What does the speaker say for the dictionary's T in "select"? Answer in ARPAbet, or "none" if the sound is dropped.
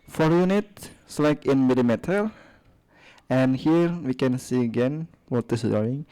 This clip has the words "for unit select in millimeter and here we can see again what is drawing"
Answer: none